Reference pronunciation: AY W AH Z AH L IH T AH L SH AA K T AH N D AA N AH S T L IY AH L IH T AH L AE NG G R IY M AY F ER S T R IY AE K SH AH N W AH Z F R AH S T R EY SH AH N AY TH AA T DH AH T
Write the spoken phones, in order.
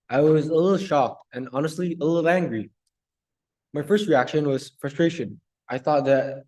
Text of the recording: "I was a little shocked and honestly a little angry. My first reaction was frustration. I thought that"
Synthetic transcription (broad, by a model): AY W AH Z AH L IH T L SH AA K T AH N AA N AH S T L IY AH L IH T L AE NG G R IY M AY F ER S T R IY AE K SH AH N W AH Z F R AH S T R EY SH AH N AY TH AA T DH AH T